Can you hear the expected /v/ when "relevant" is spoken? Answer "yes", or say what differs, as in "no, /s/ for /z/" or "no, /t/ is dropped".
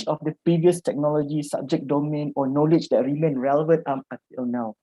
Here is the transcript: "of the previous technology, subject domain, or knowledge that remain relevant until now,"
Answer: yes